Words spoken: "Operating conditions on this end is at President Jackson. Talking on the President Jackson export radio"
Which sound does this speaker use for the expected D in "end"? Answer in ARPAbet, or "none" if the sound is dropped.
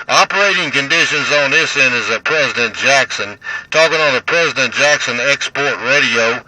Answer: none